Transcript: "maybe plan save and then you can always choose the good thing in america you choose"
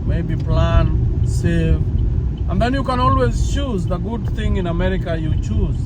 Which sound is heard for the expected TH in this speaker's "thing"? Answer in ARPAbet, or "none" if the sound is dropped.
TH